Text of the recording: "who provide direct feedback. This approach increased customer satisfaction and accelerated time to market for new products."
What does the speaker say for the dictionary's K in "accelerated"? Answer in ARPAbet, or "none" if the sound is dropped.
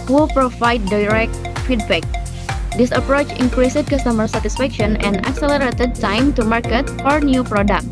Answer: K